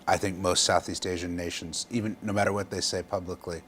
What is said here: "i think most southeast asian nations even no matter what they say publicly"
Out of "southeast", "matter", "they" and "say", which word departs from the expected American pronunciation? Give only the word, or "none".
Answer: none